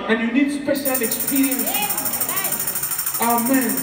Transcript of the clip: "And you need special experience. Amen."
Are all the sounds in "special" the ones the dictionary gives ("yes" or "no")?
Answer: no